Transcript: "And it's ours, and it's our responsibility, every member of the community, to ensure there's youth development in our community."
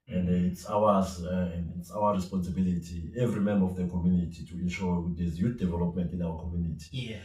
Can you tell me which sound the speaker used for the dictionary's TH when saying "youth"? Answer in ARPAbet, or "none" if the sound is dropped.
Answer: T